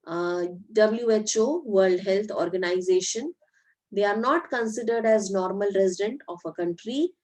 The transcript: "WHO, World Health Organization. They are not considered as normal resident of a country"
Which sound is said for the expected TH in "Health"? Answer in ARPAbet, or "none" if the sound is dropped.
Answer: T